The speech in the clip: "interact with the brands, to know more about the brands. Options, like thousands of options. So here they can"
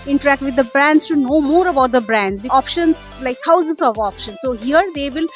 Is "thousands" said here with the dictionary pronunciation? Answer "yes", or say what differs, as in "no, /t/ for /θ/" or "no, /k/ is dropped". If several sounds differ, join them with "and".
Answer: no, /t/ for /θ/